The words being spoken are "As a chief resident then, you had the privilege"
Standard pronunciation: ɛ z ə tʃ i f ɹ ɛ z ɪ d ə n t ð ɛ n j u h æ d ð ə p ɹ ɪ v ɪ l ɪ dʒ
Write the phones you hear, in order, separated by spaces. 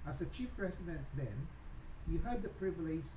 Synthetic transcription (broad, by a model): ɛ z ə tʃ i f ɹ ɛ s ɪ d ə n t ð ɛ n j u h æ d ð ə p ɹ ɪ v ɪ l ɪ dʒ